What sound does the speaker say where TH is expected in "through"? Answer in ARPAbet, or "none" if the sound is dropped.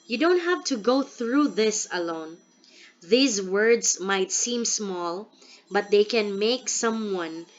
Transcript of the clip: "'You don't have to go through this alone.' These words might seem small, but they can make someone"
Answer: TH